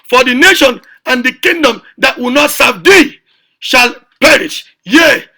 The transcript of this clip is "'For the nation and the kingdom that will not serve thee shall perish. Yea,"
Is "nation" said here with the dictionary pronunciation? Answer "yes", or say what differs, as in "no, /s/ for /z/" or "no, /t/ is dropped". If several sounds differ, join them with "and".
yes